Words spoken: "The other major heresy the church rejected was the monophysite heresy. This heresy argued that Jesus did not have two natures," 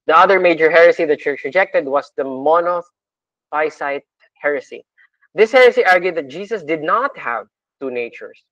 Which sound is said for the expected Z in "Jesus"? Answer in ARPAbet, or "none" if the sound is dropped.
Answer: S